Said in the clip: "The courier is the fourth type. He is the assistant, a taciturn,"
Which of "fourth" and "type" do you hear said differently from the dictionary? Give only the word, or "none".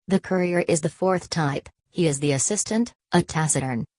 none